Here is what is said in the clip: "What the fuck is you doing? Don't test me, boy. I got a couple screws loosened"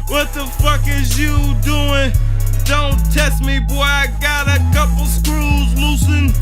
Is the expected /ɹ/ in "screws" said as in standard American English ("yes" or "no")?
yes